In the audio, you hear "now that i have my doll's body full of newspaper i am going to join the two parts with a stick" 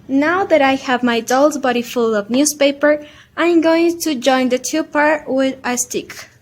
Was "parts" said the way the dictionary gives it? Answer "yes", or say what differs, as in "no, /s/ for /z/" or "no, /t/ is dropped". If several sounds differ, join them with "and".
no, /s/ is dropped